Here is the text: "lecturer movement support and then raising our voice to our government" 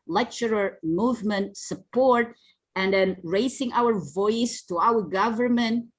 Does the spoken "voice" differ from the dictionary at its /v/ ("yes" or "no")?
no